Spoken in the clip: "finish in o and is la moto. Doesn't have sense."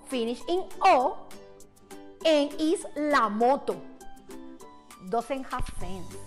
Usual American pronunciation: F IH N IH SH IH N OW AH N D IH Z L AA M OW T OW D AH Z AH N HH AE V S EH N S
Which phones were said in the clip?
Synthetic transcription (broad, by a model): F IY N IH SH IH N OW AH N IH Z L AA M OW T OW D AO S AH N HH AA F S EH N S